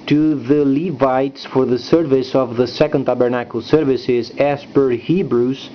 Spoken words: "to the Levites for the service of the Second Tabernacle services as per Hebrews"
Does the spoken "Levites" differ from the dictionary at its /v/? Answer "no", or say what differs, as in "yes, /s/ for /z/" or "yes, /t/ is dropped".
no